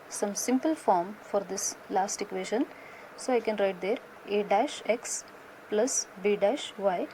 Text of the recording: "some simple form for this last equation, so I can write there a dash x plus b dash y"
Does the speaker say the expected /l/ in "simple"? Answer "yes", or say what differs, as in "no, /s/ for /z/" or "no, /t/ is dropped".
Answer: yes